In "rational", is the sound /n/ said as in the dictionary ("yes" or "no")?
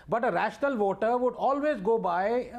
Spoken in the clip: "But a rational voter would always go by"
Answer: yes